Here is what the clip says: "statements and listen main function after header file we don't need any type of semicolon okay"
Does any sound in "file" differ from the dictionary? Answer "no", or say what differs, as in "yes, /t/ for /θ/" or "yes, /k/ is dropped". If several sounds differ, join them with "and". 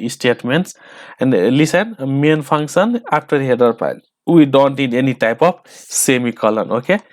yes, /p/ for /f/